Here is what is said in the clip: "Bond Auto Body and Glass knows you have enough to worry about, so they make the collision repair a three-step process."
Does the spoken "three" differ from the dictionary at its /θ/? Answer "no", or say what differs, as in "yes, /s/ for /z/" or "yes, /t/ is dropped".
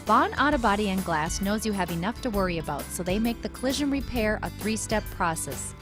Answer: no